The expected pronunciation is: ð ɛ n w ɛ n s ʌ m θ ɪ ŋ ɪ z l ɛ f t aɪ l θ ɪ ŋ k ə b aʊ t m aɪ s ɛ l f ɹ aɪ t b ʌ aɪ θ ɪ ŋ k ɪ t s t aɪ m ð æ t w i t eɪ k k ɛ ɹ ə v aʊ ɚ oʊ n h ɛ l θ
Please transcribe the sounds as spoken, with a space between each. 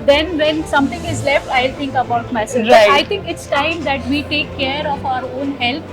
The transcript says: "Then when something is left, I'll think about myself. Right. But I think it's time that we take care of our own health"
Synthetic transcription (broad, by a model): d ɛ n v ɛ n s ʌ m t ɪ ŋ ɪ z l ɛ f t aɪ l t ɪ ŋ k ə b aʊ t m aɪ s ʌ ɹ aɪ aɪ t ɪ ŋ k ɪ t s t aɪ m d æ t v i t eɪ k k ɛ ɹ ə f aʊ ɚ oʊ n h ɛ l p